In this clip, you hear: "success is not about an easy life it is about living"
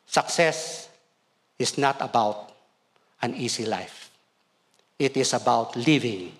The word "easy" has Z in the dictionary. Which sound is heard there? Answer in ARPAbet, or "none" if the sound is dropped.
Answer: S